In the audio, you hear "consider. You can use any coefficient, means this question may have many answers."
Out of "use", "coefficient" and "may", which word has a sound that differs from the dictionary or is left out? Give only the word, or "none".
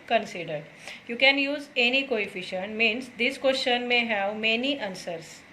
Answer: none